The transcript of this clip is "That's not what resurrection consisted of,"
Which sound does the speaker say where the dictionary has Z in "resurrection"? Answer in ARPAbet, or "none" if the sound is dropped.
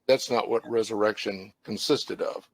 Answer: Z